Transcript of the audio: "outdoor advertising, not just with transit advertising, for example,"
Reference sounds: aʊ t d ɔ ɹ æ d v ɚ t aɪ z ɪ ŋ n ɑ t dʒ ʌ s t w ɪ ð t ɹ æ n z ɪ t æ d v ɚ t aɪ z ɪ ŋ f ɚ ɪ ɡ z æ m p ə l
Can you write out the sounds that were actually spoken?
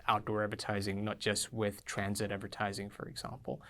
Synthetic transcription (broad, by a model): aʊ t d ɔ ɹ æ d v ɚ t aɪ z ɪ ŋ n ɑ t dʒ ʌ s t w ɪ ð t ɹ æ n z ɪ t æ d v ɚ t aɪ z ɪ ŋ f ɚ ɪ ɡ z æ m p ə l